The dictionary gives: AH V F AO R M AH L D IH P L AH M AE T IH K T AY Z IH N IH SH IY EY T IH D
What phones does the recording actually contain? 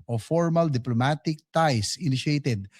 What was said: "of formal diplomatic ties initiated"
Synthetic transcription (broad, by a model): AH F AO R M AH L D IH P L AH M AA T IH K T AY S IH N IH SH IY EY T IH D